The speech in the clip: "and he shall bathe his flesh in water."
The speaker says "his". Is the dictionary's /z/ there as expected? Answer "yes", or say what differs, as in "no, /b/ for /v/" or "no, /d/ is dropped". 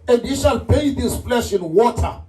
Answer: no, /s/ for /z/